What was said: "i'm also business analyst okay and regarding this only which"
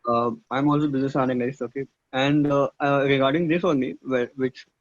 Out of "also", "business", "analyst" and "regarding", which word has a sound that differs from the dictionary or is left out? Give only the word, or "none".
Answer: analyst